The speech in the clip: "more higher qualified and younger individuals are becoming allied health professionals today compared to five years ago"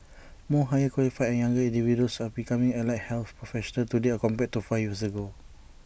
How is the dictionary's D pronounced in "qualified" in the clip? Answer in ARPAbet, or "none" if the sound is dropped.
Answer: none